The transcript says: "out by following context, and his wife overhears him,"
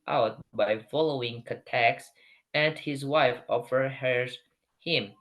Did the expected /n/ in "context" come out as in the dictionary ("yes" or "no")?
no